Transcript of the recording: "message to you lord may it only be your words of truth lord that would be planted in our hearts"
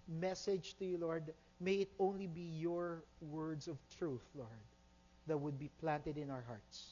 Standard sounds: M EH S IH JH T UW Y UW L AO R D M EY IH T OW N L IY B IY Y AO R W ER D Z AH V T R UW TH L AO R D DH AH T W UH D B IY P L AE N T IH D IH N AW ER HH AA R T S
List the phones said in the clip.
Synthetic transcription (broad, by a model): M EH S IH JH T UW Y UW L AO R D M EY IH T OW N L IY B IY Y AO R W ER D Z AH V T R UW TH L AO R D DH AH T W UH D B IY P L AE N T IH D IH N AW ER HH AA R T S